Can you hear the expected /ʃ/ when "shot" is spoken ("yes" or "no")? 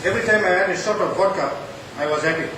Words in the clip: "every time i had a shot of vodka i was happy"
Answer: no